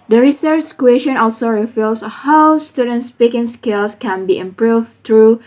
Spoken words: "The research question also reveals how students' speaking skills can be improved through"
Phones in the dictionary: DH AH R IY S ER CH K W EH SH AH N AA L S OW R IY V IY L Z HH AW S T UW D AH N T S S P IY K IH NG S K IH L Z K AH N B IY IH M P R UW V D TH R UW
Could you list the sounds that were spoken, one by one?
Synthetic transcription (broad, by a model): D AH R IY S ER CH K W EH SH AH N AA L S OW R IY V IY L S HH AW S T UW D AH N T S S P IY K IH NG S K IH L S K AH N B IY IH M P R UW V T R UW